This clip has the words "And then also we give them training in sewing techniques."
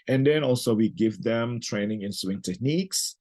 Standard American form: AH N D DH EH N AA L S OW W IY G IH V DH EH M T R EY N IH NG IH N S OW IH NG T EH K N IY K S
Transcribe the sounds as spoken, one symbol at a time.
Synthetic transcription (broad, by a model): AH N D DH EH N AA L S OW W IY G IH V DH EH M T R EY N IH NG IH N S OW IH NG T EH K N IY K S